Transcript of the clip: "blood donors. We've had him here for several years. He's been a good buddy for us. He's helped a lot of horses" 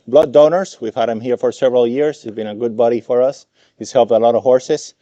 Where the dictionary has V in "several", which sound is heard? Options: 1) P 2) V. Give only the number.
2